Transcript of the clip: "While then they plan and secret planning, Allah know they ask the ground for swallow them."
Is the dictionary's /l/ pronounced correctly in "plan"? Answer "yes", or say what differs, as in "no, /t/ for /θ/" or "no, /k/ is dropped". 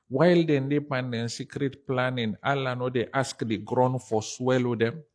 no, /l/ is dropped